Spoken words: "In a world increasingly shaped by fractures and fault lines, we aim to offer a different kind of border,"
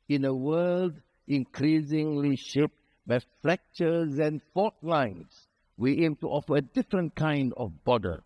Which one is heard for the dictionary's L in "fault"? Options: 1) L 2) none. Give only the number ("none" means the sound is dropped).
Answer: 2